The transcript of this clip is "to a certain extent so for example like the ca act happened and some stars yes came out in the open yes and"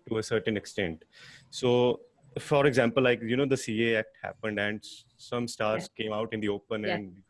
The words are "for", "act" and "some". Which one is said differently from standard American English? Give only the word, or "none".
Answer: none